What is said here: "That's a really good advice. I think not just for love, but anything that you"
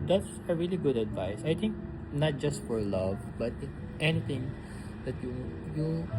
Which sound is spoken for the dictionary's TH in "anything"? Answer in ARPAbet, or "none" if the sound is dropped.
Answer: T